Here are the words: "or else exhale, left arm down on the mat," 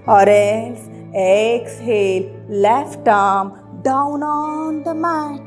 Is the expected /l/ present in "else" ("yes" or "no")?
no